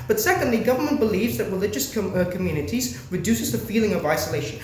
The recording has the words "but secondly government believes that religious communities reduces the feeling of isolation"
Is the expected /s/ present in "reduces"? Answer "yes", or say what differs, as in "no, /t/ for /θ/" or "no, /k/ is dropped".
yes